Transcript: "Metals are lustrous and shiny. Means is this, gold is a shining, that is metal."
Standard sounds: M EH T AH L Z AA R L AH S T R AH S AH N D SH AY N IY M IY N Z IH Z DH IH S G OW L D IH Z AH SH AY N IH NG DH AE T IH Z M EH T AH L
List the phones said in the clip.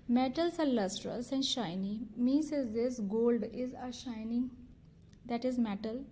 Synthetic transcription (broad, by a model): M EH T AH L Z AA R L AH S T R AH S AH N D SH AY N IY M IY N S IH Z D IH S G OW L D IH Z AH SH AY N IH NG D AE T IH Z M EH T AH L